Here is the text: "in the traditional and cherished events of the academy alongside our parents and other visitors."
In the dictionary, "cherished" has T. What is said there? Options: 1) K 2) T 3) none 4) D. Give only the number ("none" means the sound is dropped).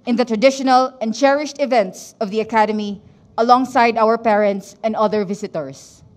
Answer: 2